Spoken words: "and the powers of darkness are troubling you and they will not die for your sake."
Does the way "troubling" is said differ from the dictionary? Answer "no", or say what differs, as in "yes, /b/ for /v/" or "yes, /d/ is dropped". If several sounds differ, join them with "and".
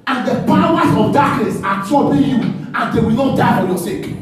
yes, /ɹ/ is dropped